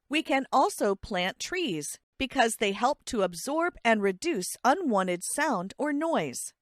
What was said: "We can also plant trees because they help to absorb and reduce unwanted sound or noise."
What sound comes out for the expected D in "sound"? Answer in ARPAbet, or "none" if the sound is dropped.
D